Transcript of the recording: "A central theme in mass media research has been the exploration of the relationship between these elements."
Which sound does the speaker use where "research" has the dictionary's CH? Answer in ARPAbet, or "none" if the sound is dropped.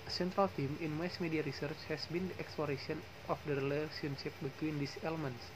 CH